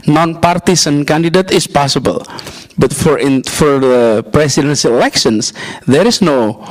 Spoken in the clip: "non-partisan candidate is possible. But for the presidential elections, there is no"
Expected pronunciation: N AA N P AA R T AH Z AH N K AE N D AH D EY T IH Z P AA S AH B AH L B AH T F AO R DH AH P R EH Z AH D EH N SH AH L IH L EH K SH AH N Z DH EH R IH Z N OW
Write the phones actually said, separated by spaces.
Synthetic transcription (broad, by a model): N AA N P AA R T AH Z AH N K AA N D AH D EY T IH S P AA S AH B AH L B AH T F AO R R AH P R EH S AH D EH N S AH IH L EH K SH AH N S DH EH R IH S N OW